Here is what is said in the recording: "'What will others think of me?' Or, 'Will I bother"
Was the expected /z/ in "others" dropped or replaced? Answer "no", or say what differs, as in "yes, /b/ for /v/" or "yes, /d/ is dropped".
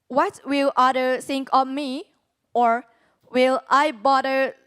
yes, /z/ is dropped